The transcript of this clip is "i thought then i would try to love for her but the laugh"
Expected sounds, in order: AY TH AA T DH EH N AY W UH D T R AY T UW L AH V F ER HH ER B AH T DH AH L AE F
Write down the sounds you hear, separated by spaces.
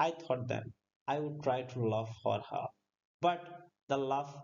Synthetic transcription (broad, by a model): AY T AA T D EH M AY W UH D T R AY T UW L AH V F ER HH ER B AH T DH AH L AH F